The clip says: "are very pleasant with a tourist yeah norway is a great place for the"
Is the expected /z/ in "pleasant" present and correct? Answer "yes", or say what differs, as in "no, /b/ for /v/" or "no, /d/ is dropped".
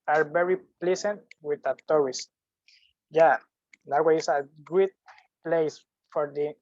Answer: no, /s/ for /z/